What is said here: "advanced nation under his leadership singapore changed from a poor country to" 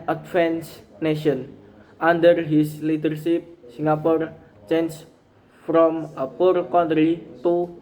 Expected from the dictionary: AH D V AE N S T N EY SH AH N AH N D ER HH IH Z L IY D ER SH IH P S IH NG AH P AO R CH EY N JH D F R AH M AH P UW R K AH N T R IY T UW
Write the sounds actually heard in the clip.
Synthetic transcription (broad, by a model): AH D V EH N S N EY SH AH N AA N D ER HH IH S L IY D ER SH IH P S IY NG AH P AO R CH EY N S F R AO M AH P UW R K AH N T R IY T UW